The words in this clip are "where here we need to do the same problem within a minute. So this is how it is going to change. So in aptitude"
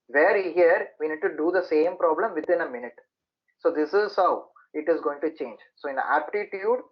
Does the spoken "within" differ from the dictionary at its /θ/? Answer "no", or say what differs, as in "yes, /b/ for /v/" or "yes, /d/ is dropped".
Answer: yes, /t/ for /θ/